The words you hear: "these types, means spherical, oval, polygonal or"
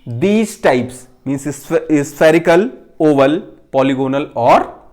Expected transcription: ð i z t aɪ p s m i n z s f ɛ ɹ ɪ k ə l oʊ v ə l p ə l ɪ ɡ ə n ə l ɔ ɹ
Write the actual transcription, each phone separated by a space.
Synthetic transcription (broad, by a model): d i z t aɪ p s m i n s s f ɛ ɹ ɪ k ə l oʊ v ə l p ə l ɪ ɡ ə n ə l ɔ ɹ